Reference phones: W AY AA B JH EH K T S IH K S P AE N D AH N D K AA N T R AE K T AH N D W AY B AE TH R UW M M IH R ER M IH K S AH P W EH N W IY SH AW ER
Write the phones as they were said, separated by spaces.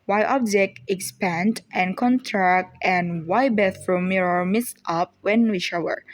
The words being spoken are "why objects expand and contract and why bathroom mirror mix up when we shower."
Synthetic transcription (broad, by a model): W AY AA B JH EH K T IH K S P AE N D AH N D K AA N T R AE K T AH N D W AY B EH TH R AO M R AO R M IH S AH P W EH N W IY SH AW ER